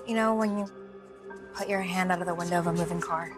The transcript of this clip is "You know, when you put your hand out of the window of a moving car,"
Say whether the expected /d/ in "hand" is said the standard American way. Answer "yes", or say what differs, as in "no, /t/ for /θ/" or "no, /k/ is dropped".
yes